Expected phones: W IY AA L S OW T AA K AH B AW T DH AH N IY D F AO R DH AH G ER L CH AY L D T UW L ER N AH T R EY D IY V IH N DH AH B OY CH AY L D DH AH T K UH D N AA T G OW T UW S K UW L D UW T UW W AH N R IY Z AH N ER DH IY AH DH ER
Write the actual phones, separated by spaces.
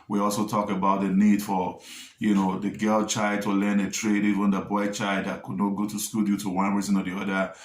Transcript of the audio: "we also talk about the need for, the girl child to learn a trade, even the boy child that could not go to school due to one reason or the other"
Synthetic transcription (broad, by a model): W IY AA L S OW T AA K AH B AW T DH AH N IY D F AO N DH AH G ER L CH AY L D T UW L ER N AH T R EY D IY V IH N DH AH B OY CH AY L D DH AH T K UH D N AA T G OW T UW S K UW L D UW T UW W AH N R IY Z AH N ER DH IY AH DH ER